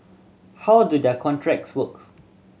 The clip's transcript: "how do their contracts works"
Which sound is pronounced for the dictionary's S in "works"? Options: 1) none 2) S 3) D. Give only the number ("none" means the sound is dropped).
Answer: 1